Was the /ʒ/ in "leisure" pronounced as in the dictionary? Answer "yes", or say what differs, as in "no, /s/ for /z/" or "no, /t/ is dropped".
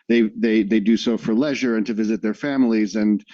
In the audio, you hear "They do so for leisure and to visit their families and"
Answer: yes